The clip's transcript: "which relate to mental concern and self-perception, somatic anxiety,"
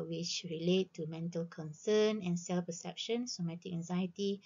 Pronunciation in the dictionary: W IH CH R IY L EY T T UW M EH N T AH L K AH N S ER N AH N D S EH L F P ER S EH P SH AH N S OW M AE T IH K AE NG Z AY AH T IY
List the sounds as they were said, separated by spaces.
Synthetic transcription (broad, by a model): W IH CH R IY L EY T T UW M EH N T AH L K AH N S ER N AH N S EH L F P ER S EH P SH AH N S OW M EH T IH K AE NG Z AY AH T IY